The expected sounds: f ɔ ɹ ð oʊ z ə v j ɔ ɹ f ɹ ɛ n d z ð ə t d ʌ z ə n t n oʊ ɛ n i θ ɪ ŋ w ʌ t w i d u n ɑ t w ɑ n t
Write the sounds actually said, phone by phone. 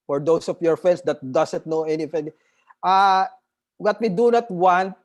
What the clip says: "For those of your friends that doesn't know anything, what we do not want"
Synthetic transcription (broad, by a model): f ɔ ɹ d oʊ s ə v j ɔ ɹ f ɹ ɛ n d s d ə t d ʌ s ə n t n oʊ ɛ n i f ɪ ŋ w ʌ t w i d u n ɑ t w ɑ n t